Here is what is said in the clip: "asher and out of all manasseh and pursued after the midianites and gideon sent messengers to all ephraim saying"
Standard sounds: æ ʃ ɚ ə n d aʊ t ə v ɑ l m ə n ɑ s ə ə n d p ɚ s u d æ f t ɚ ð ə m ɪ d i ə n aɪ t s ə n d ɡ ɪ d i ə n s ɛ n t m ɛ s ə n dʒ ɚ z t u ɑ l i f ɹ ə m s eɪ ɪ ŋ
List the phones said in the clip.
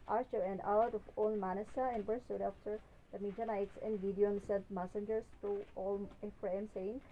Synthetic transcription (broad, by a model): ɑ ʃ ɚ ə n d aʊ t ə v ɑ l m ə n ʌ s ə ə n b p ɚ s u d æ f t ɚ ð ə m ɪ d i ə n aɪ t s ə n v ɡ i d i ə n s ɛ t m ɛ s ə n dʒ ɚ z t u ɑ l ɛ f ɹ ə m s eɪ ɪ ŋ